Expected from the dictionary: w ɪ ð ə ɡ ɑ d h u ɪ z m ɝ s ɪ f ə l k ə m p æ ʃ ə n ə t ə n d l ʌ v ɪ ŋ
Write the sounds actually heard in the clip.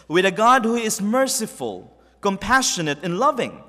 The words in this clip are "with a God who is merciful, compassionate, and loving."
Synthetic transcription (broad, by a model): w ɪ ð ə ɡ ɑ d h u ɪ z m ɝ s ɪ f ə l k ə m p æ ʃ ə n ə t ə n l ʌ v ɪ ŋ